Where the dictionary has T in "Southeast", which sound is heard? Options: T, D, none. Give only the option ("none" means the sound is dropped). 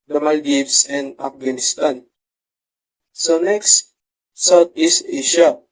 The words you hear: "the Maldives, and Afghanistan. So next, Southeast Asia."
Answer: none